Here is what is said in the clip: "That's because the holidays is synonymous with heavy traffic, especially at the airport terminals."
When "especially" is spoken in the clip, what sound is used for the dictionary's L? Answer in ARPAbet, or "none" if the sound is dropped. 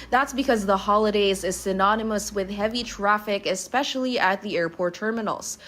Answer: L